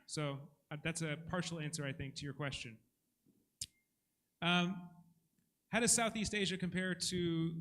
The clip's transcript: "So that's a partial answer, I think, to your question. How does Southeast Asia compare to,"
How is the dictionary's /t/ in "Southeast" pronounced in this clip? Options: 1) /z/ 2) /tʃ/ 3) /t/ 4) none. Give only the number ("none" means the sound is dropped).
3